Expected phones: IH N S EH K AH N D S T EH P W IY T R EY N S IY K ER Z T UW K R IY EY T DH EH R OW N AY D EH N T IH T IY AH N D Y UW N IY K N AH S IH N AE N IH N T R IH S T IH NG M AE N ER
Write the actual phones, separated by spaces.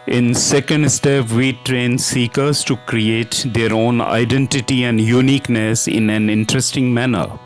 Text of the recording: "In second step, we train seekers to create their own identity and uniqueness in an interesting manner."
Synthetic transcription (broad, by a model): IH N S EH K AH N D S T EH P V IY T R EY N S IY K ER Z T UW K R IY EY T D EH R OW N AY D EH N T IH T IY AH N D Y UW N IY K N AH S IH N AE N IH N T R IH S T IH NG M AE N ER